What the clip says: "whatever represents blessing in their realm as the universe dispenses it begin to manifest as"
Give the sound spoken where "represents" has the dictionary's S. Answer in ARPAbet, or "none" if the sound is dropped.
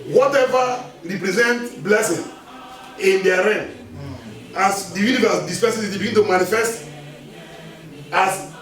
none